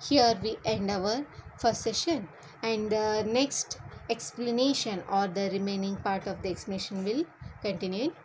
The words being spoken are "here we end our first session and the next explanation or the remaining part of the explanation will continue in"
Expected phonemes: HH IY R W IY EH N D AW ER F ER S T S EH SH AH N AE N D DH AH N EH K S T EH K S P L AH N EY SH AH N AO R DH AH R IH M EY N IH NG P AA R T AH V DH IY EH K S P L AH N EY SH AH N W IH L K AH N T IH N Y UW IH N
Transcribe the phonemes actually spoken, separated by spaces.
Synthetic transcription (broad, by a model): HH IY R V IY EH N D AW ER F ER T S EH SH AH N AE N D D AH N EH K S T EH K S P L AH N EY SH AH N AO R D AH R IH M EY N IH NG P AA R T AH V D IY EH K S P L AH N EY SH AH N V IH L K AH N T IH N Y UW